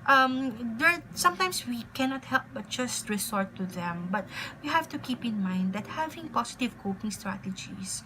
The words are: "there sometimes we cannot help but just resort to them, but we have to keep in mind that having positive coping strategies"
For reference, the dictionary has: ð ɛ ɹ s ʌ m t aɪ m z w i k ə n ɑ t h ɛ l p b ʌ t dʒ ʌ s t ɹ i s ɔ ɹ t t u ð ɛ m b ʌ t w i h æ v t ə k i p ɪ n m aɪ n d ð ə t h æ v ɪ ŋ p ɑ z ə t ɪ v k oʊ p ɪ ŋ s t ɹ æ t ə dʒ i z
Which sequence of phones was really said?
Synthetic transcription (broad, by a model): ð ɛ ɹ s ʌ m t aɪ m s w i k ə n ɑ t h ɛ l p b ʌ t dʒ ʌ s t ɹ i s ɔ ɹ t t u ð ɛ m b ʌ t w i h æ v t ə k i p ɪ n m aɪ n d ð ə t h æ v ɪ ŋ p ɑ s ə t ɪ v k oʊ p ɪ ŋ s t ɹ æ t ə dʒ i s